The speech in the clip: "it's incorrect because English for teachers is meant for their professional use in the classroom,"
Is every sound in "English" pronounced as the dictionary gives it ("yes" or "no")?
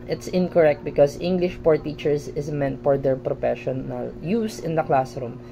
yes